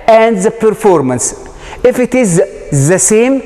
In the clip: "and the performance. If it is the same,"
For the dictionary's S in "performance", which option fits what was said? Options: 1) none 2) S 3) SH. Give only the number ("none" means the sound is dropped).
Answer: 2